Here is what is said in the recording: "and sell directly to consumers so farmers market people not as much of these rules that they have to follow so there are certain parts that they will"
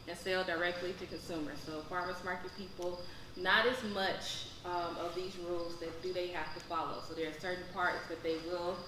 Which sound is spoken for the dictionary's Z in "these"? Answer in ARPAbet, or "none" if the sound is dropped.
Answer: Z